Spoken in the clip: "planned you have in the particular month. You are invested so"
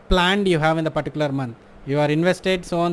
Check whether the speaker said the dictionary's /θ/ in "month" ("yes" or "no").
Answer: no